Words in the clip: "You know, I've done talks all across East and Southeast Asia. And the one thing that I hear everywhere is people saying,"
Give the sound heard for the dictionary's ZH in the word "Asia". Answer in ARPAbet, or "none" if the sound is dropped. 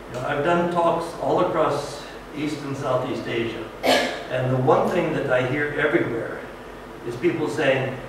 ZH